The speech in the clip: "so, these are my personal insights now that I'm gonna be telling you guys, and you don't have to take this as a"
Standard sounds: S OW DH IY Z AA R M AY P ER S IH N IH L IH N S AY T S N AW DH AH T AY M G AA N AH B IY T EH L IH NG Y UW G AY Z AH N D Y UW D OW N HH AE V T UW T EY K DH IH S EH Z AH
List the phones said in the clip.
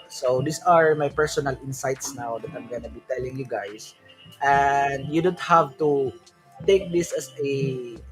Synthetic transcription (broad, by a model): S OW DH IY S AA R M AY P ER S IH N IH L IH N S AY T S N AW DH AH T AY M G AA N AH B IY T EH L IH NG Y UW G AY S AH N D Y UW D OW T HH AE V T UW T EY K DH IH S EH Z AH